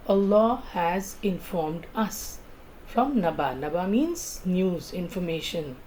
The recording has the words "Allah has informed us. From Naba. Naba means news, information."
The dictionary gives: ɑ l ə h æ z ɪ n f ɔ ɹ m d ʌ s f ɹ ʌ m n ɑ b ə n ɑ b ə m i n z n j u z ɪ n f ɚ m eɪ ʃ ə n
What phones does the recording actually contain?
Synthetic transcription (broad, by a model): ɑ l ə h æ z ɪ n f ɔ ɹ m d ʌ s f ɹ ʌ m n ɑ b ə n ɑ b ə m i n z n j u z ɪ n f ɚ m eɪ ʃ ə n